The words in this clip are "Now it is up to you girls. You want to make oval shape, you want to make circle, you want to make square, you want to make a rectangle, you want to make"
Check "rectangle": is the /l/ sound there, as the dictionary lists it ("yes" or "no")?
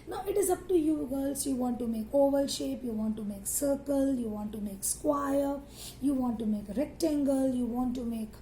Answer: yes